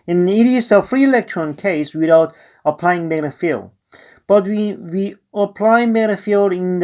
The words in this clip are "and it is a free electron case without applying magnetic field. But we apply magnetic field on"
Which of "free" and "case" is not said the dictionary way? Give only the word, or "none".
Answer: none